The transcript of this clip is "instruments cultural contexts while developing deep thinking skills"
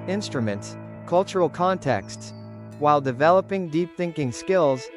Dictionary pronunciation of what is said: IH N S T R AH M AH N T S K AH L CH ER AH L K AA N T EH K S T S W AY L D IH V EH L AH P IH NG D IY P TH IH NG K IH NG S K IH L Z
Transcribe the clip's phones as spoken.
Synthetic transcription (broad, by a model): IH N S T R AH M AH N T S K AH L CH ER L K AA N T EH K S T S W AY L D IH V EH L AH P IH NG D IY P TH IH NG K IH NG S K IH L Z